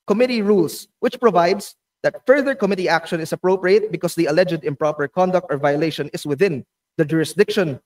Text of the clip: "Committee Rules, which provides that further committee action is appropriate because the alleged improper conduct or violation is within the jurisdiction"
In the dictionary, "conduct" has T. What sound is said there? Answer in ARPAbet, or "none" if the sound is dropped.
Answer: T